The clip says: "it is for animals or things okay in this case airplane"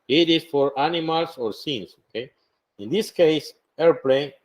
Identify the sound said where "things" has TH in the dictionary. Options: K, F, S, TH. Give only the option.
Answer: S